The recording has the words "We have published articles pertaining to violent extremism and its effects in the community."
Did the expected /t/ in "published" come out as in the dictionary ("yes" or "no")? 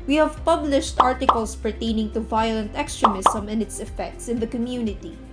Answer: yes